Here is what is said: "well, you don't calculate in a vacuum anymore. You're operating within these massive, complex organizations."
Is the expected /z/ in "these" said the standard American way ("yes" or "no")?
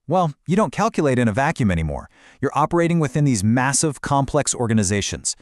yes